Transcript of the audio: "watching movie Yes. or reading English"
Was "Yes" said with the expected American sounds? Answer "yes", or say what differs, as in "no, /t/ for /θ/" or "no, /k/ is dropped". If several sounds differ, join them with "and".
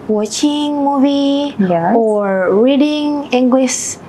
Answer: no, /s/ is dropped